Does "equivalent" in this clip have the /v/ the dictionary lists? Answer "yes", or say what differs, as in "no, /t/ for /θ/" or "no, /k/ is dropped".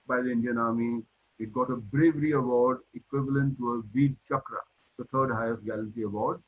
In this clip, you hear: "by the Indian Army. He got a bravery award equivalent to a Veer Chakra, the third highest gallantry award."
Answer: yes